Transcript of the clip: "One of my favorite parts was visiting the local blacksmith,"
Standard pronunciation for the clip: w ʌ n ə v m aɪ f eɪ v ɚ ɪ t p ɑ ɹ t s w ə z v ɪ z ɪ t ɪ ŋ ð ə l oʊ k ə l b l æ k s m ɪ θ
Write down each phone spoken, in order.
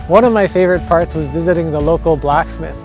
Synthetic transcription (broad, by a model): w ʌ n ə v m aɪ f eɪ v ɚ ɪ t p ɑ ɹ t s w ə z v ɪ z ɪ t ɪ ŋ ð ə l oʊ k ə l b l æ k s m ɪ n